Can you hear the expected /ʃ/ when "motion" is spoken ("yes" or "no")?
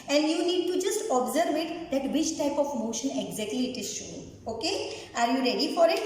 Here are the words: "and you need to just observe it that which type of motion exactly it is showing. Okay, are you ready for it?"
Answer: yes